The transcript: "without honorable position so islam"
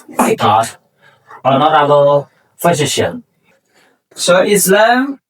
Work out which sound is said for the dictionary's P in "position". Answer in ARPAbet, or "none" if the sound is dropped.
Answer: F